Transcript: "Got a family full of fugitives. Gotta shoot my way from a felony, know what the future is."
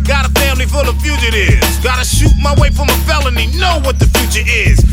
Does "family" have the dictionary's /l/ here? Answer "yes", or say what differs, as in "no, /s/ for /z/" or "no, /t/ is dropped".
yes